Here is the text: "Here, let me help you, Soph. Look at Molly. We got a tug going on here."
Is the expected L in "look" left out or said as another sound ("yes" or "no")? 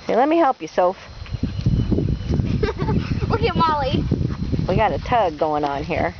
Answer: yes